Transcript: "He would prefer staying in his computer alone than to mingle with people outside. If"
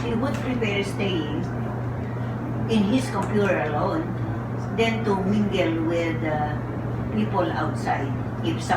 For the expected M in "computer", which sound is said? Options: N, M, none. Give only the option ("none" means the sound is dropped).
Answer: M